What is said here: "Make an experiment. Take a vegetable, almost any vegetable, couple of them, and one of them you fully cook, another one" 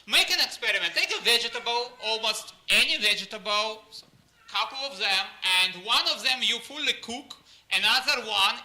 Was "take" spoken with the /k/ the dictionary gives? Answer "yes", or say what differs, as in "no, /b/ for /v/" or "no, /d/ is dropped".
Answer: yes